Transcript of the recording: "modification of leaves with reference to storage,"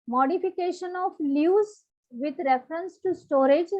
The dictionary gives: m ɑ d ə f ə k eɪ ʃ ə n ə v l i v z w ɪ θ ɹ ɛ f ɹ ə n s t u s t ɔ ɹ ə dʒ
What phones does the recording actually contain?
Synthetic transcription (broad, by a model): m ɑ d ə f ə k eɪ ʃ ə n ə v l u z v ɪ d ɹ ɛ f ɹ ə n s t u s t ɔ ɹ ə dʒ